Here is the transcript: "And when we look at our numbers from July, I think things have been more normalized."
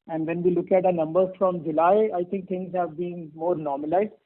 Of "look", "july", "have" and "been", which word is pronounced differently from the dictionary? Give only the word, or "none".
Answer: none